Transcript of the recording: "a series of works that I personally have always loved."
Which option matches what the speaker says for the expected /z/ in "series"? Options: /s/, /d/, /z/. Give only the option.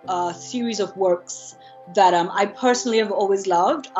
/z/